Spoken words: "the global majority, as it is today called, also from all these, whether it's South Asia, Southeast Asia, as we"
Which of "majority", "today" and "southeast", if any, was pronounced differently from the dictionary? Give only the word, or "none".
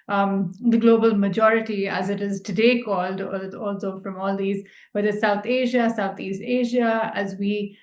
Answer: southeast